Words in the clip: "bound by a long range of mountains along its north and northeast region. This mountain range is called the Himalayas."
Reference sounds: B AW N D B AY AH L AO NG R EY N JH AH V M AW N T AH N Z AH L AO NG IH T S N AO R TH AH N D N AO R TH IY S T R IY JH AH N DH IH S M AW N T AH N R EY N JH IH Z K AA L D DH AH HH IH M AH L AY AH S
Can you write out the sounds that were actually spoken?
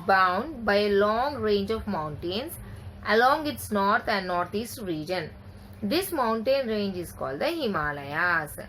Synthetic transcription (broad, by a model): B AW N D B AY AH L AO NG R EY N JH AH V M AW N T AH N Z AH L AO NG IH T S N AO R T AH N D N AO R T IY S T R IY JH AH N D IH S M AW N T AH N R EY N JH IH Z K AA L D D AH HH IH M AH L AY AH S